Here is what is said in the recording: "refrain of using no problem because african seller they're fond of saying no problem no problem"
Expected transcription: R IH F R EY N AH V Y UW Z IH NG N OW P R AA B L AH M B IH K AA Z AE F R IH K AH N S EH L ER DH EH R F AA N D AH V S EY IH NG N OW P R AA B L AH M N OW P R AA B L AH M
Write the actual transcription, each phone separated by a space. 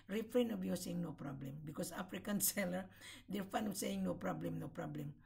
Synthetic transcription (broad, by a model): R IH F R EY N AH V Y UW S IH NG N OW P R AA B L AH M B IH K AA S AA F R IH K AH N S EH L ER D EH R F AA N AH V S EY IH NG N OW P R AA B L AH M N OW P R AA B L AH M